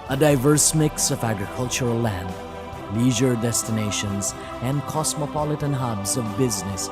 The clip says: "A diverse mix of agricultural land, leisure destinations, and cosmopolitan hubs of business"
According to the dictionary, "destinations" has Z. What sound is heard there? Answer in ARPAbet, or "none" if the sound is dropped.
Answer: Z